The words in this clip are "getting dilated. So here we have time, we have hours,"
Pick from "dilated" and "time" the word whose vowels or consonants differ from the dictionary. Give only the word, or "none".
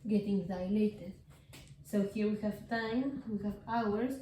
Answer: none